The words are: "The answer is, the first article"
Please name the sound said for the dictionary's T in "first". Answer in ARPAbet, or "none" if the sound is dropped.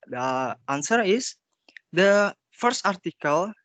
T